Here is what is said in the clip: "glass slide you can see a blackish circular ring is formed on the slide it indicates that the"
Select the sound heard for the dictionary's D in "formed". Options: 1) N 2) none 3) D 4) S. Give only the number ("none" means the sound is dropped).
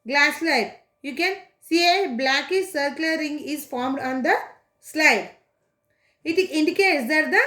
3